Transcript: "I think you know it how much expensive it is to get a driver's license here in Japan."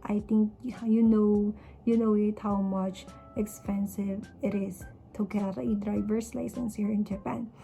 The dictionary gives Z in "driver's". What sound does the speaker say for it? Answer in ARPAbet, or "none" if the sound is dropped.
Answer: S